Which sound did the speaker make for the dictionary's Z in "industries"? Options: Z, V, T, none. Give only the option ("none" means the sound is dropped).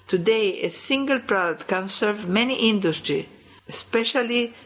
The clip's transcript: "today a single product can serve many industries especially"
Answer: none